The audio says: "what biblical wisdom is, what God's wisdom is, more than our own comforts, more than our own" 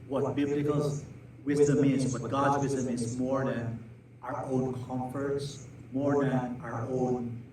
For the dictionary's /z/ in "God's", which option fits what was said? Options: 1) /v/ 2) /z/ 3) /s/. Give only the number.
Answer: 2